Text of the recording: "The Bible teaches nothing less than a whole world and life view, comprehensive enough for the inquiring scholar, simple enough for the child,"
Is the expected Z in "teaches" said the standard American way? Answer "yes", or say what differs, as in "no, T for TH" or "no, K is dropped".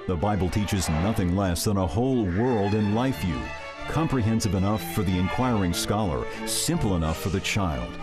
yes